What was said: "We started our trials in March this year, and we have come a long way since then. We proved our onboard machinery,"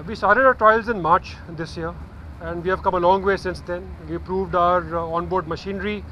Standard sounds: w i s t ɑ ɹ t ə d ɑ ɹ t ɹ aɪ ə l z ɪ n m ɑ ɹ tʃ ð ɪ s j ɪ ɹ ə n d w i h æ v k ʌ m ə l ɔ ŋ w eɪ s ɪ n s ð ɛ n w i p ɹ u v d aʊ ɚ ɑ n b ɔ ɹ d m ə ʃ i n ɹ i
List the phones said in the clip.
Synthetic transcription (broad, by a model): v i s t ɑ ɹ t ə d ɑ t ɹ aɪ ə l z ɪ n m ɑ ɹ tʃ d ɪ s j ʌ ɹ ə n d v i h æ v k ʌ m ə l ɔ ŋ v eɪ s ɪ n s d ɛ n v i p ɹ u v d aʊ ɚ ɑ n b ɔ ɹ d m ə ʃ i n ɹ i